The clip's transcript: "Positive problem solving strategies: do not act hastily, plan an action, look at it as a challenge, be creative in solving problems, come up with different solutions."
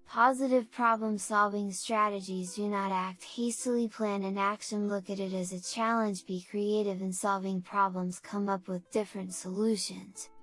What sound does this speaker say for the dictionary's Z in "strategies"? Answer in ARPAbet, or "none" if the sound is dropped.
Z